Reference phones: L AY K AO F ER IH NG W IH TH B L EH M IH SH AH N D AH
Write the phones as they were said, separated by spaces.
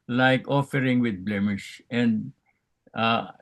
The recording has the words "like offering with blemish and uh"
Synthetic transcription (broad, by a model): L AY K AO F ER IH NG W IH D B L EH M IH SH AH N D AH